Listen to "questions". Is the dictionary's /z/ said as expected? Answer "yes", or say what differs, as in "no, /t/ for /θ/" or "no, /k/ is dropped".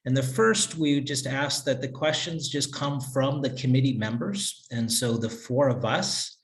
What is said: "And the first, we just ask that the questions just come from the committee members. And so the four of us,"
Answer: yes